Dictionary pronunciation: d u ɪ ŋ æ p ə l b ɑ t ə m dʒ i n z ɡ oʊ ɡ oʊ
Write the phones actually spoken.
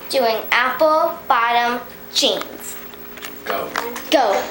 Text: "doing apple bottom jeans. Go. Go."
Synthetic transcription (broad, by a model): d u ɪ ŋ æ p ə l b ɑ t ə m tʃ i n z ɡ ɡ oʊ